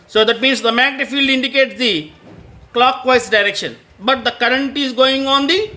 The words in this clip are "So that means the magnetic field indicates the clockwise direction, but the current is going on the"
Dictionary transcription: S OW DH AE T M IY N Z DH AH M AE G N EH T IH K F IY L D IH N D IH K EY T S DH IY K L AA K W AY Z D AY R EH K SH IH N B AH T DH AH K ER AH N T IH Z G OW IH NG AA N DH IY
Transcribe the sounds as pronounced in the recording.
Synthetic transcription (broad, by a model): S OW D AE T M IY N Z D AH M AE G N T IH F IY L D IH N D IH K EY T S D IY K L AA K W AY S D AY R EH K SH IH N B AH T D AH K ER AH N T IH Z G OW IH NG AA N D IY